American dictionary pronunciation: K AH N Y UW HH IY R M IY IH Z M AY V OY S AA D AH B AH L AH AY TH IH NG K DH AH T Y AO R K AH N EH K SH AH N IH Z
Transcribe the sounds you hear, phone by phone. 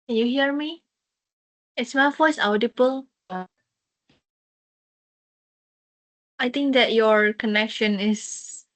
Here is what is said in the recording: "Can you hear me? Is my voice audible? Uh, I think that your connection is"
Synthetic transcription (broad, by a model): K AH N Y UW HH IY R M IY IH S M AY F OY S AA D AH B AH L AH AY T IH NG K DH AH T Y AO R K AH N EH K SH AH N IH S